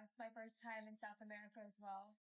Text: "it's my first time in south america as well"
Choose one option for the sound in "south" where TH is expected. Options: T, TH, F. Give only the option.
TH